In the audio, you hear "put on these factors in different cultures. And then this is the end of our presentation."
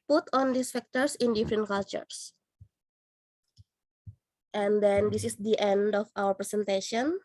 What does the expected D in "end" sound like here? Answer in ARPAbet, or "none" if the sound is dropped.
D